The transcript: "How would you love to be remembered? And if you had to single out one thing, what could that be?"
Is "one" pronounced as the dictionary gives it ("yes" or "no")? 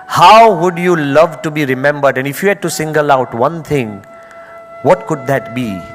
yes